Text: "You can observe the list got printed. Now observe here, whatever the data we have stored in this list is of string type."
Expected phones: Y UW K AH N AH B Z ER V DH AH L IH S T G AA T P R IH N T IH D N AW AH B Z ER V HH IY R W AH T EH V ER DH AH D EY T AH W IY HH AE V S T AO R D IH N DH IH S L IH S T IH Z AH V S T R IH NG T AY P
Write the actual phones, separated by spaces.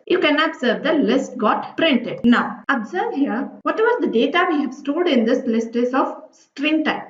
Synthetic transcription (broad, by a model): Y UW K AH N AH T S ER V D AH L IH S T G AA T P R IH N T IH D N AW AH B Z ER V HH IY R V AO T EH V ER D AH D EY T AH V IY HH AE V S T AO L D IH N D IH S L IH S T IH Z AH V S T R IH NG T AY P